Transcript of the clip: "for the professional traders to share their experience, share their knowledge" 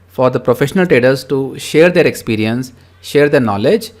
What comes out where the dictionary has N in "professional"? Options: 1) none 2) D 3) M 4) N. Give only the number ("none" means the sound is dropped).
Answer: 4